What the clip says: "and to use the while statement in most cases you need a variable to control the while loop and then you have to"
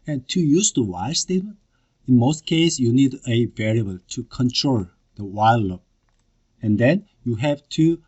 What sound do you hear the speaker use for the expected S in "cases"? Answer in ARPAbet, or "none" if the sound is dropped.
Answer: none